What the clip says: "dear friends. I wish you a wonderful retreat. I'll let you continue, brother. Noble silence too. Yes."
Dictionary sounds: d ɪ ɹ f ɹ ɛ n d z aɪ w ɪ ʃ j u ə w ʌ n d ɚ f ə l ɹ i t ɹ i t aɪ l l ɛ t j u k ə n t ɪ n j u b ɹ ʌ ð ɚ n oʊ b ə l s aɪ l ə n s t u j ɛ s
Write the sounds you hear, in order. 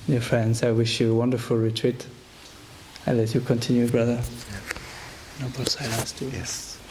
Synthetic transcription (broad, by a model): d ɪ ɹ f ɹ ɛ n d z aɪ w ɪ ʃ j u ə w ʌ n d ɚ f ə l ɹ i t ɹ i t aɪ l l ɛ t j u k ə n t ɪ n j u b ɹ ʌ ð ɚ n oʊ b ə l s aɪ l ə n s t u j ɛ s